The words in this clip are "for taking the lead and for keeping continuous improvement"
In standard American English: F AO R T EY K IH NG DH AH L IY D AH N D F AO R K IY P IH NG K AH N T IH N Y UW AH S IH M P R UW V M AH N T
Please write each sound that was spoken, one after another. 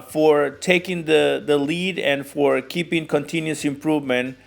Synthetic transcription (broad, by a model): F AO R T EY K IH NG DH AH L IY D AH N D F AO R K IY P IH NG K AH N T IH N Y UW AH S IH M P R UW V M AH N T